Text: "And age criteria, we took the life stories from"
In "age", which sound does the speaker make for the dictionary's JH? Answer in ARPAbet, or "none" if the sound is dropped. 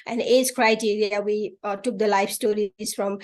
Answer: Z